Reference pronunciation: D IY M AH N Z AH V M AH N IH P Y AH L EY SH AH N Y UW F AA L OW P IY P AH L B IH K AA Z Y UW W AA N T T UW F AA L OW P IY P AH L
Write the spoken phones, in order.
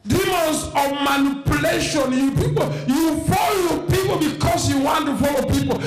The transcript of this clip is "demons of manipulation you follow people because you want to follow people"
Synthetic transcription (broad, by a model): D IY M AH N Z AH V M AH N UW P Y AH L EY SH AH N Y UW F AA L OW P IY P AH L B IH K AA S Y UW W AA N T T UW F AA L OW P IY P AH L